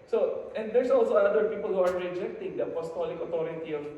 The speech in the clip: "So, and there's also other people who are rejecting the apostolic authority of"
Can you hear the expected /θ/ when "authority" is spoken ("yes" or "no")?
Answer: no